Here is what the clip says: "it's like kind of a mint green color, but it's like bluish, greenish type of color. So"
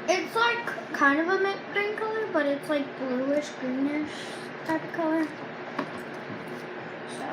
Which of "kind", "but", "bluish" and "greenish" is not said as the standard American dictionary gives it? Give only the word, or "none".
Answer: none